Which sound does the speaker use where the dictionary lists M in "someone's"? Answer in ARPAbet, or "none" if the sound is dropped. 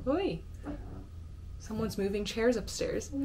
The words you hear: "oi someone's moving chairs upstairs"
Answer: M